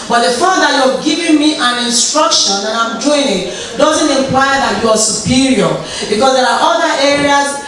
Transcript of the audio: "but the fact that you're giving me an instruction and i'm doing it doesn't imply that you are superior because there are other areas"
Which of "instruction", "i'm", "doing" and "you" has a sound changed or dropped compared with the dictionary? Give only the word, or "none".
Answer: none